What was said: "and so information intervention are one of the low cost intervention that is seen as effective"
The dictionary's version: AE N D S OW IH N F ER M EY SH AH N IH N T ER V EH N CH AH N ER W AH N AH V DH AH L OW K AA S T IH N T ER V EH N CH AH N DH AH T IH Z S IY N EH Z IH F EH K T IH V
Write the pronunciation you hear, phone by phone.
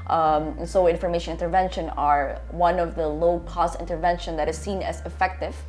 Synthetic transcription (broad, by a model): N S OW IH N F ER M EY SH AH N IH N T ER V EH N SH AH N ER W AH N AH V DH AH L OW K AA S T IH N T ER V EH N SH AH N DH AH T IH Z S IY N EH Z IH F EH K T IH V